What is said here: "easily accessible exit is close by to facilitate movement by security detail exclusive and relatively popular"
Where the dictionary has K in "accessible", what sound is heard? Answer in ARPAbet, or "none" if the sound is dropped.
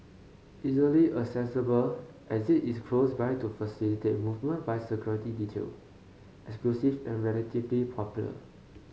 none